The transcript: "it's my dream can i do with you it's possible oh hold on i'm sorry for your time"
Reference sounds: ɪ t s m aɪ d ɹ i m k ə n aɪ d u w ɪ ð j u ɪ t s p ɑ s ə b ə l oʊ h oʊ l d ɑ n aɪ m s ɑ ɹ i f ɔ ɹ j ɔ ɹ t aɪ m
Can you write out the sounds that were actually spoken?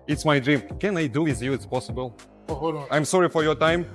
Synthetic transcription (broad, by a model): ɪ t s m aɪ d ɹ i m k ə n aɪ d u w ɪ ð j u ɪ t s p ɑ s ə b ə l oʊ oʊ l ɑ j m s ɑ ɹ i f ɔ ɹ j ɔ ɹ t aɪ m